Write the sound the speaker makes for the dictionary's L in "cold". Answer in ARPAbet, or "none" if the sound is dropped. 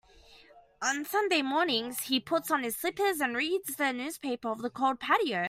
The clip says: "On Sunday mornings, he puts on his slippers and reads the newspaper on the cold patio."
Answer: L